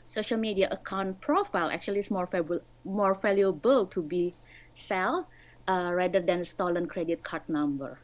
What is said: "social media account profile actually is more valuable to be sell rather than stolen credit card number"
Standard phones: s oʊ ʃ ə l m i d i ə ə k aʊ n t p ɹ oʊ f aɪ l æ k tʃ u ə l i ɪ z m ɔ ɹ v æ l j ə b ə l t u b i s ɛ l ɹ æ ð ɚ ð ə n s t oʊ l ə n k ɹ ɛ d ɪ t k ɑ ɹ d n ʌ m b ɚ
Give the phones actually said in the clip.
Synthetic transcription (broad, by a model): s oʊ ʃ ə l m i d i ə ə k aʊ n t p ɹ oʊ f aɪ l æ k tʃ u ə l i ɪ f m ɔ ɹ f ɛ l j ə b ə l t u b i s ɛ l ɹ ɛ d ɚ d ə n s t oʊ l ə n k ɹ ɛ d ɪ t k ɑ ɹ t n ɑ m b ɚ